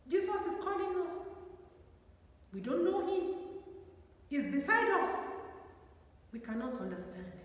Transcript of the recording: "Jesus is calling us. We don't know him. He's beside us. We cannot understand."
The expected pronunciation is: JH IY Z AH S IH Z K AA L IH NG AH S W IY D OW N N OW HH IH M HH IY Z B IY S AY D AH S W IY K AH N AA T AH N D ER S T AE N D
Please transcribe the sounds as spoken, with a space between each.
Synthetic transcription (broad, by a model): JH IY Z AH S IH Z K AA L IH NG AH S W IY D OW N N OW HH IH M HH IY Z B IY S AY D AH S W IY K AH N AA T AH N D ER S T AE N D